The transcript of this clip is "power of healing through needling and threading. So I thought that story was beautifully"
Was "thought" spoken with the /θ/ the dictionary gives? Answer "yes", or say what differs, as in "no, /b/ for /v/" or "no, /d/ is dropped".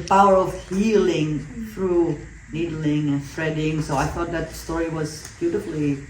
yes